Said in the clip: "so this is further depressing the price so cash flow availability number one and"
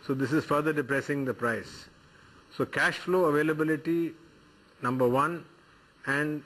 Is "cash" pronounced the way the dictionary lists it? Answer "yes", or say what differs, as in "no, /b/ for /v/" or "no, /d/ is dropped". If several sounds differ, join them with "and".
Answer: yes